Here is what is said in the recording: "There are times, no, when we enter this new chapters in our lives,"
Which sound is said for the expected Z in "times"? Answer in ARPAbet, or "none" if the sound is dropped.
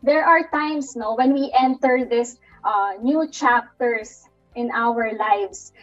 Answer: S